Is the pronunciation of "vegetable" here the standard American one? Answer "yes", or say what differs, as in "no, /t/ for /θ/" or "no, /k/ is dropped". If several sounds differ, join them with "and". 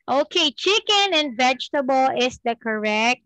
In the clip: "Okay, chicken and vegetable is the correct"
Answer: yes